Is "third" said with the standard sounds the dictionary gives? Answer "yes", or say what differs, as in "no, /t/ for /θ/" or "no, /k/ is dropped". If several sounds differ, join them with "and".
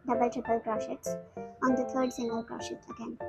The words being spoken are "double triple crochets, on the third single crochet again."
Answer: no, /t/ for /θ/